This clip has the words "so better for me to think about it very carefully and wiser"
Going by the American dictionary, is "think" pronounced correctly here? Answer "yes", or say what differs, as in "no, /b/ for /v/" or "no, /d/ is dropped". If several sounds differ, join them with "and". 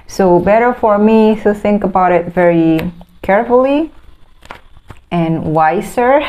yes